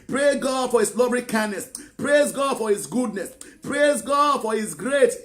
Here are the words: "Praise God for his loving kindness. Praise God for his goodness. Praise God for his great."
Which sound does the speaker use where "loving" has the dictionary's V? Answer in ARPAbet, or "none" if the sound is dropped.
B